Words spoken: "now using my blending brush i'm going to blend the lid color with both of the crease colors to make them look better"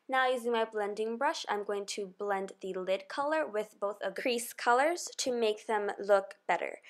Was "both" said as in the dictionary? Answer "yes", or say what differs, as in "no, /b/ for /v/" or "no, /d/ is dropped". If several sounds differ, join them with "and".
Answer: yes